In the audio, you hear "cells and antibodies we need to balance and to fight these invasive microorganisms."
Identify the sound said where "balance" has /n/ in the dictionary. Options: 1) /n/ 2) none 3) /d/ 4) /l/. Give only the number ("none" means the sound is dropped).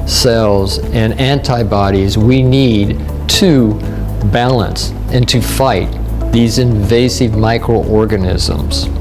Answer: 1